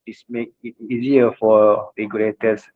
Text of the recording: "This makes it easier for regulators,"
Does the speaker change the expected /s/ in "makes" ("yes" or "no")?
yes